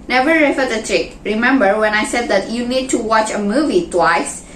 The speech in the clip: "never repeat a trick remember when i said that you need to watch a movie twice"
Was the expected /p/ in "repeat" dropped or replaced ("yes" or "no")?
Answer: yes